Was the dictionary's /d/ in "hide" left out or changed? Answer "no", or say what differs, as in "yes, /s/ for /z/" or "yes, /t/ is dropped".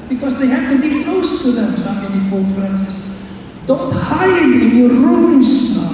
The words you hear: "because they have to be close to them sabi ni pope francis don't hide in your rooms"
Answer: yes, /d/ is dropped